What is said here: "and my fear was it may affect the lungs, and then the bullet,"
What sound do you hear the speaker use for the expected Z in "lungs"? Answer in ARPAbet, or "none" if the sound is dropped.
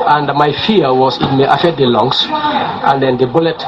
S